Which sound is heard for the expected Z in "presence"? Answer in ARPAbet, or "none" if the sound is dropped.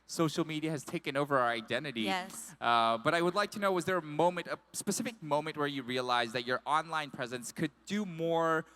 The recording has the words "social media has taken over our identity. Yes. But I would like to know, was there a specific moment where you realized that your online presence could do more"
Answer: Z